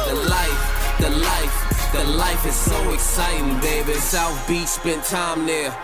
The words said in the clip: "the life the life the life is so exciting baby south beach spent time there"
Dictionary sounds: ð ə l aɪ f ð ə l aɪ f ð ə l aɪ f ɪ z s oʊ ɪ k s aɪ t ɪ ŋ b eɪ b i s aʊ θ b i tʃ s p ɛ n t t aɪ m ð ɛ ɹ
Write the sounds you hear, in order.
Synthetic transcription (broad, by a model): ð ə l aɪ f ð ə l aɪ f ð ə l aɪ f ɪ z s oʊ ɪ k s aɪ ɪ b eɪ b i s aʊ θ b i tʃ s b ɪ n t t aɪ m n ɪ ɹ